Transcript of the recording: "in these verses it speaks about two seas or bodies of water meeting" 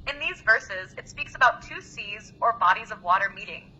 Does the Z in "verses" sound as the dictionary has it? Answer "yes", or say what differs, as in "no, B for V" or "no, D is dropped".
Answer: yes